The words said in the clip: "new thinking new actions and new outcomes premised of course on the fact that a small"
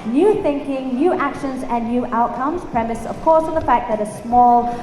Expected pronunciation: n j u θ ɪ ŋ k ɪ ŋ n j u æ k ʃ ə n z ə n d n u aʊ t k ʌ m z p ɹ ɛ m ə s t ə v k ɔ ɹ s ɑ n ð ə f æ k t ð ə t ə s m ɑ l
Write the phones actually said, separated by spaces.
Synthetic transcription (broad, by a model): n j u θ ɪ ŋ k ɪ ŋ n j u æ k ʃ ə n z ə n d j u aʊ t k ʌ m z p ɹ ɛ m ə s ə v k ɔ ɹ s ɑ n ð ə f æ k ð ə t ə s m ɑ l